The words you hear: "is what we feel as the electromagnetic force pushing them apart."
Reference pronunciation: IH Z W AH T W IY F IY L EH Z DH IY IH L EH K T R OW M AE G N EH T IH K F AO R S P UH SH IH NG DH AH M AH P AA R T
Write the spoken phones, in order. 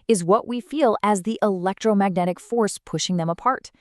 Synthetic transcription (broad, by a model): IH Z W AH T W IY F IY L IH Z DH IY IH L EH K T R OW M AE G N EH T IH K F AO R S P UH SH IH NG DH AH M AH P AA R T